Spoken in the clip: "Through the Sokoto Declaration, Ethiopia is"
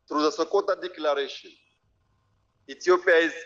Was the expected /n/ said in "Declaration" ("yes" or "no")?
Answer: no